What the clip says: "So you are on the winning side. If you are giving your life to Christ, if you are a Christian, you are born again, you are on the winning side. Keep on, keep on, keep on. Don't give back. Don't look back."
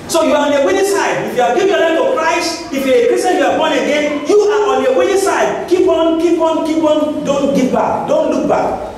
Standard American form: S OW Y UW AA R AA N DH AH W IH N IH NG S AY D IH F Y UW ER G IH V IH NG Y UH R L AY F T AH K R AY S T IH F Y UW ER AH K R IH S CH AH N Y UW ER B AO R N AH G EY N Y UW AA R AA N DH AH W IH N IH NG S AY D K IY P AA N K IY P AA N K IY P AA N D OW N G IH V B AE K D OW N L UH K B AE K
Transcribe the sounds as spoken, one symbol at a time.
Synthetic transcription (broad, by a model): S OW Y UW AA R AA N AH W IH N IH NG S AY D IH F Y UW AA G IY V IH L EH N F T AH K R AY S T IH F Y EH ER AH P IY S AH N Y UW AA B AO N AH G EY N Y UW AA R AA N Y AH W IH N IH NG S AY D K IY P AA N K IY P AA N K IY P AA N D OW N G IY P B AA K D OW N L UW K B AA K